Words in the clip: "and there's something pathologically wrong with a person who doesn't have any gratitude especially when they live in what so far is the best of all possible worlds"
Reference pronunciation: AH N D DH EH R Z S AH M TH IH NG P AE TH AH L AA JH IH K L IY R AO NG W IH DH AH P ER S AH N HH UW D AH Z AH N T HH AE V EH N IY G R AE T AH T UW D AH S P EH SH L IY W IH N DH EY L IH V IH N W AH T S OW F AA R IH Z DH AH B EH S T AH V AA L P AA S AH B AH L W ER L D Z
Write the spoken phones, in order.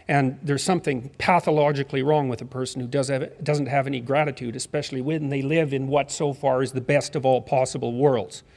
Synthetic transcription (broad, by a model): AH N DH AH R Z S AH M TH IH NG P AE TH AH L AA JH IH K L IY R AO NG W IH DH AH P ER S N HH UW D AH Z AH N T HH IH V EH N IY G R AE T AH T UW D AH S P EH SH L IY W IH N DH EY L IH V IH N W AH T S OW F AA R IH Z DH AH B EH S T AH V AA L P AA S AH B L W ER L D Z